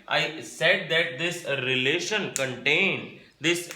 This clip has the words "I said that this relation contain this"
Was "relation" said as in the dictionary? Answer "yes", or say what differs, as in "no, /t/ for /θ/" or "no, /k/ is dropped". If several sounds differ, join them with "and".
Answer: yes